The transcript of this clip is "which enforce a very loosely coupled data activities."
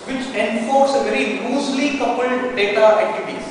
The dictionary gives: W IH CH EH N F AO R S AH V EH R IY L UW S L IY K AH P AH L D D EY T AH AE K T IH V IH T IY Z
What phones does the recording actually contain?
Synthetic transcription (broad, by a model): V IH CH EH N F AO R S AH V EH R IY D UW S L IY K AH P AH L D D EY T AH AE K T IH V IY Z